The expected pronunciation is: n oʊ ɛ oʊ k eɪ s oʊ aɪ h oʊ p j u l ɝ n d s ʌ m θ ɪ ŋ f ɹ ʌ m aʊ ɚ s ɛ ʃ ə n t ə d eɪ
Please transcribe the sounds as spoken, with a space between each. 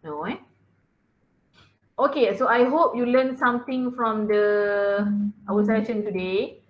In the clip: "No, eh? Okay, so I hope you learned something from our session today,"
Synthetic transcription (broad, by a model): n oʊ ɛ oʊ k eɪ s oʊ aɪ h oʊ p j u l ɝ n s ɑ m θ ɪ ŋ f ɹ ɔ m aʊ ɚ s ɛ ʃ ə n t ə d eɪ